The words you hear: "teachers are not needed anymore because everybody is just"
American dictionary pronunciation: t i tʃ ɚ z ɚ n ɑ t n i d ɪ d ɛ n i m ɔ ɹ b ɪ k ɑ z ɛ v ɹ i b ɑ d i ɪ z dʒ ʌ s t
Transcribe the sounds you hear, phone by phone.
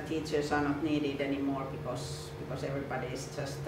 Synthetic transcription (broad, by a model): t i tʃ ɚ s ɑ n ɑ t n i d ɪ d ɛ n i m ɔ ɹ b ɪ k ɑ s ɛ v ɹ i b ɑ d i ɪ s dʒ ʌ s t